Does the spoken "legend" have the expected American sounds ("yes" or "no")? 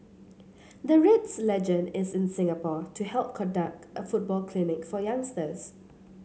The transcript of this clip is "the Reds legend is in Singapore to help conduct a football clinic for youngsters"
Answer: yes